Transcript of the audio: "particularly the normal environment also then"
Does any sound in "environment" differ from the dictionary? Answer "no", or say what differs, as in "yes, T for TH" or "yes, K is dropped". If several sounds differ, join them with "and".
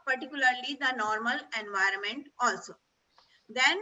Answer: no